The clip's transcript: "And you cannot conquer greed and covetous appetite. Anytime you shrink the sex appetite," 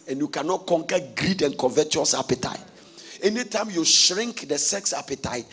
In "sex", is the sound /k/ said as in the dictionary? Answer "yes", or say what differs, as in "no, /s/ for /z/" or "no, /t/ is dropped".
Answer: yes